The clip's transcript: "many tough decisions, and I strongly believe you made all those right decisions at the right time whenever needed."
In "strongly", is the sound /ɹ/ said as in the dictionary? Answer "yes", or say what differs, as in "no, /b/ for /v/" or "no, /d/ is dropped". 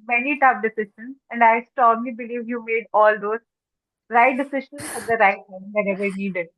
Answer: no, /ɹ/ is dropped